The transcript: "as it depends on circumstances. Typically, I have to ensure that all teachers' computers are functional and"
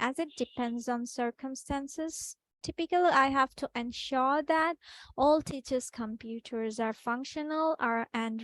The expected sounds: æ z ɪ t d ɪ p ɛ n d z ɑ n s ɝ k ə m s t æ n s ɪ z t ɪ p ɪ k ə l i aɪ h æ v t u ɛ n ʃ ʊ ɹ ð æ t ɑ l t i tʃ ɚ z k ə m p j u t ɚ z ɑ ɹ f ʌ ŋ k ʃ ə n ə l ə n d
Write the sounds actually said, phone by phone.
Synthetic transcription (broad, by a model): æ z ɪ t d ɪ p ɛ n d z ɑ n s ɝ k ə m s t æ n s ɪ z t ɪ p ɪ k ə l i aɪ h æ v t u ɛ n ʃ ʊ ɹ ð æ t ɑ l t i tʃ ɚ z k ə m p j u t ɚ z ɑ ɹ f ʌ ŋ k ʃ ə n ə l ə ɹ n